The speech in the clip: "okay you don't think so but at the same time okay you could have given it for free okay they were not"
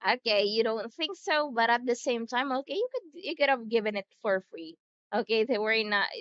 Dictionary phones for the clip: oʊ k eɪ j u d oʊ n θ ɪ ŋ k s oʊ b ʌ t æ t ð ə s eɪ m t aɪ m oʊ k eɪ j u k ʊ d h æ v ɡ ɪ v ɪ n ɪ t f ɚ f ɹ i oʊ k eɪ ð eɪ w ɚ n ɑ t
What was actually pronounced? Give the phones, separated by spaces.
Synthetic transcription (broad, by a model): oʊ k eɪ j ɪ d oʊ n θ ɪ ŋ k s oʊ b ʌ t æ t ð ə s eɪ m t aɪ m oʊ k eɪ j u k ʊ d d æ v ɡ ɪ v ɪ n ɪ t f ɚ f ɹ i oʊ k eɪ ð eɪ w ɚ n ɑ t